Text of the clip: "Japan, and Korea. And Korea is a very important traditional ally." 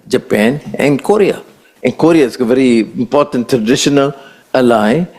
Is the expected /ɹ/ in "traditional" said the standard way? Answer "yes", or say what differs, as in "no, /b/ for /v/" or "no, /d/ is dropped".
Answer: yes